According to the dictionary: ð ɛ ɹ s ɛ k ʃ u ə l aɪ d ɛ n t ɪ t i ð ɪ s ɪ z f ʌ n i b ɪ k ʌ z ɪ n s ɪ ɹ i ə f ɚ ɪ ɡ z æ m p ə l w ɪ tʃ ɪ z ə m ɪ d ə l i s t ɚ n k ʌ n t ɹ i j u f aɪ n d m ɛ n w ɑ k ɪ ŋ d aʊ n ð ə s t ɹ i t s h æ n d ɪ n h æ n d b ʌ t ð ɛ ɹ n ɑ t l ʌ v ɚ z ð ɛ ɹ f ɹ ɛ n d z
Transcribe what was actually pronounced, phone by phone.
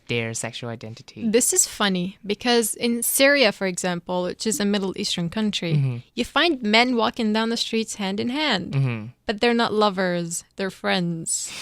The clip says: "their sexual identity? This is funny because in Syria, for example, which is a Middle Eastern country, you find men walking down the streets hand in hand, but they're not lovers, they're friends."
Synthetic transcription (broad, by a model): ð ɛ ɹ s ɛ k ʃ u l aɪ d ɛ n t ɪ t i ð ɪ s ɪ z f ʌ n i b ɪ k ʌ z ɪ n s ɪ ɹ i ə f ɚ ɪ ɡ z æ m p l w ɪ tʃ ɪ z ə m ɪ d l i s t ɚ n k ʌ n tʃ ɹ i j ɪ f aɪ n d m ɛ n w ɑ k ɪ ŋ d aʊ n ð ə s t ɹ i t s h æ n d ɪ n h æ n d b ʌ t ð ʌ ɹ n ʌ t l ʌ v ɚ z ð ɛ ɹ f ɹ ɛ n d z